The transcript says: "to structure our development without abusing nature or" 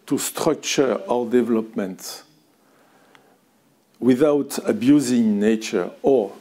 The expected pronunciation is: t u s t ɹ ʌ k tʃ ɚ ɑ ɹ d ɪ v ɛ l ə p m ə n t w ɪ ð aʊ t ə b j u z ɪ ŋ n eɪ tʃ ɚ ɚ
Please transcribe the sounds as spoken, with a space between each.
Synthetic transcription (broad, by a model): t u s t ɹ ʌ k tʃ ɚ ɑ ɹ d ɪ v ɛ l ə p m ə n t w ɪ ð aʊ t ə b j u z ɪ ŋ n eɪ tʃ ɚ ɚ